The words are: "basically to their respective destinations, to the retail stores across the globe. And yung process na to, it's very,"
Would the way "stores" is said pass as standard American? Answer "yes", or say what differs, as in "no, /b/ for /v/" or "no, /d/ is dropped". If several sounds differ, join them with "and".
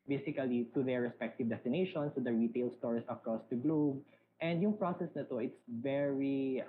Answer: no, /s/ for /z/